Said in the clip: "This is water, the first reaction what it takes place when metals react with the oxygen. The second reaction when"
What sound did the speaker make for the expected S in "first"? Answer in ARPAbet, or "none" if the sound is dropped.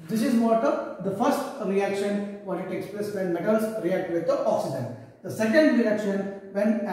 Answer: S